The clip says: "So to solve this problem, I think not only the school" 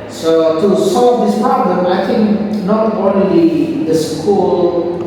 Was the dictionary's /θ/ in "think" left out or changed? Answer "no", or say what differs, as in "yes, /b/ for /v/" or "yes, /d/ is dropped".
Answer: yes, /t/ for /θ/